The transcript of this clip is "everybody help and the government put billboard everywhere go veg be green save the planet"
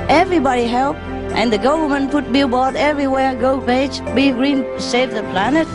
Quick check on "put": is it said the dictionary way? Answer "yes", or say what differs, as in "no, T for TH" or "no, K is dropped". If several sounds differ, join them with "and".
no, F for P